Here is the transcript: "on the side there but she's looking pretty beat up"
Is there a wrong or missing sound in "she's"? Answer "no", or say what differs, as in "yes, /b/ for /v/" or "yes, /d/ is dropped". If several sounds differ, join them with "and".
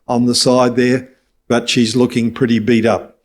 no